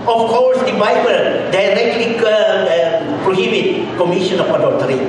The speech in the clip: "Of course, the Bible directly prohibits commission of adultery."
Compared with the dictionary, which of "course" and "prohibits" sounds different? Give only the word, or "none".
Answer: prohibits